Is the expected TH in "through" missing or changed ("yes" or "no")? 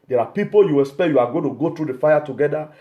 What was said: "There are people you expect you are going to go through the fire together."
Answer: yes